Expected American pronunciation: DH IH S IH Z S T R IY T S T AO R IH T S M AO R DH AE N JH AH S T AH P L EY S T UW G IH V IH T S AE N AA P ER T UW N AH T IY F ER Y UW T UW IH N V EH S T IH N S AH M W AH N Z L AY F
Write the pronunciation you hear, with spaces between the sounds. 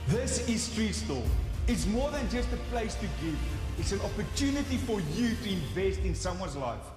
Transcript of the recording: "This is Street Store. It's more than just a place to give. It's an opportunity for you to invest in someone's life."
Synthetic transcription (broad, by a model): DH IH S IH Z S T R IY S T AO L IH T S M AO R DH AE N JH AH S T AH P L EY S T UW G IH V IH T S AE N AA P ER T UW N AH T IY F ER Y UW T UW IH N V EH S T IH N S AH M W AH N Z L AY F